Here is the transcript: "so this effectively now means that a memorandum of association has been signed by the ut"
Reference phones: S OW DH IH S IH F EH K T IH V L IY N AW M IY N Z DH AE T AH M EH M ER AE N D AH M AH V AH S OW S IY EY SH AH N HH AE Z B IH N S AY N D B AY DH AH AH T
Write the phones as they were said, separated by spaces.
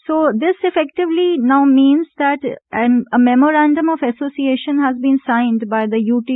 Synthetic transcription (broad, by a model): S OW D IH S IH F EH K T IH V L IY N AW M IY N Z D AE T AH M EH M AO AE N D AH M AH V AH S OW S IY EY SH AH N HH AE Z B IH N S AY N D B AY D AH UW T